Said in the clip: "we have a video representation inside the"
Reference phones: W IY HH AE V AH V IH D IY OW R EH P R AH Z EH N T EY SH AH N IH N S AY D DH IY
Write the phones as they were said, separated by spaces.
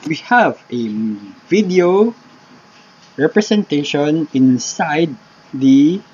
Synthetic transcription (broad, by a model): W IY HH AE V AH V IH D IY OW R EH P R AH S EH N T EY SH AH N IH N S AY D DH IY